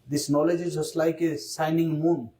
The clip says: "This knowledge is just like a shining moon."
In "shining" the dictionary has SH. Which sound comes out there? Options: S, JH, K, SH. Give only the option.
S